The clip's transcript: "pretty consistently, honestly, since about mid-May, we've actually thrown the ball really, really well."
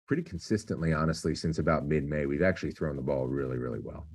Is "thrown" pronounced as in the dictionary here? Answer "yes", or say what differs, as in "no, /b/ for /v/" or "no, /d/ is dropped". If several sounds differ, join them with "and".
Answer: yes